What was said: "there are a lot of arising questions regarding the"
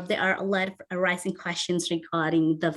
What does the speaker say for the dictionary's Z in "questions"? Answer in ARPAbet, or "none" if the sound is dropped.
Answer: Z